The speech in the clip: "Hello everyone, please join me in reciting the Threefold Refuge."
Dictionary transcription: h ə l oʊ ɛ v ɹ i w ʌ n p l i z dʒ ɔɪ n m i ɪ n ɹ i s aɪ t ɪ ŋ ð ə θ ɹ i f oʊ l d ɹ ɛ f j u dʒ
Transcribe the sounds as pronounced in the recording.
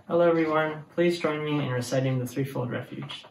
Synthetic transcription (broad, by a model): h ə l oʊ ɛ v ɹ i w ʌ n p l i z dʒ ɔɪ n m i ɪ n ɹ i s aɪ t ɪ ŋ ð ə θ ɹ i f oʊ l d ɹ ɛ f j u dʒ